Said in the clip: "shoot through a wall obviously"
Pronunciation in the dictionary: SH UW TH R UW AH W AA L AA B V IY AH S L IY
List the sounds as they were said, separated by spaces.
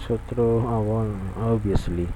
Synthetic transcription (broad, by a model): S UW T R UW AH W AA L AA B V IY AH S L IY